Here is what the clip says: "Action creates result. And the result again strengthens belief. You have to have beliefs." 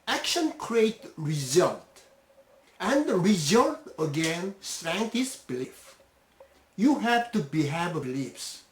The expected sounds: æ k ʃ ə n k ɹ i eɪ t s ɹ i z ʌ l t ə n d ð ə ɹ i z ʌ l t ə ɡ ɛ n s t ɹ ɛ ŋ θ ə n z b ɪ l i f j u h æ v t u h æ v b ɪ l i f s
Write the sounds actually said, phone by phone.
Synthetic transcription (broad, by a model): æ k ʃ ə n k ɹ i eɪ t ɹ i z ʌ l t ə n d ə ɹ i z ʌ l t ə ɡ ɛ n s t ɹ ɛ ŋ t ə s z b ɪ l i f j u h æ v t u h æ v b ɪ l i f s